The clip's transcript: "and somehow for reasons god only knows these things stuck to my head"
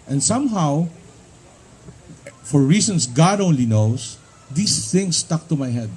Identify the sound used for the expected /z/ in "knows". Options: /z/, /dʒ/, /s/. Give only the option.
/s/